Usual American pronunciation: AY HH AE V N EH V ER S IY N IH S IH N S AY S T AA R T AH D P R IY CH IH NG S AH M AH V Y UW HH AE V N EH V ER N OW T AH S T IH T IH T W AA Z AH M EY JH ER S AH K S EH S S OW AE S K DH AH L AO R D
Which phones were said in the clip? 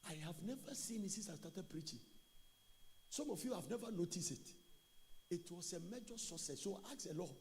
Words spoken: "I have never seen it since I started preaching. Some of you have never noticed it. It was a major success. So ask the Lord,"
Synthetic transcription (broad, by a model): AY HH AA V N EH V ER S IY N IH S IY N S AY S T AA T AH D P R IY CH IH NG S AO M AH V Y UW HH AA V N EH V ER N OW T AH S T IH T IH T W AA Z AH M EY JH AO S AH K S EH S S OW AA K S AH L AO